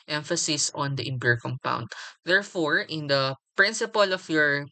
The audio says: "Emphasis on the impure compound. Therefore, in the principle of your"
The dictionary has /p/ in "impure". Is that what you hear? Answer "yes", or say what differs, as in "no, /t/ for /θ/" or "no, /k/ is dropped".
no, /b/ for /p/